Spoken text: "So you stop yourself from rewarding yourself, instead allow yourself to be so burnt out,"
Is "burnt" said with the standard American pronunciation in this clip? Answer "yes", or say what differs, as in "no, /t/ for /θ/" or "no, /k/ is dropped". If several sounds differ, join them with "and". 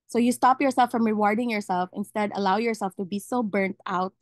yes